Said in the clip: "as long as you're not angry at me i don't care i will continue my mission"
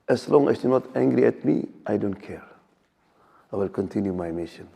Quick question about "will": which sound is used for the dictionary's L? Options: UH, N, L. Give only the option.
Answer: L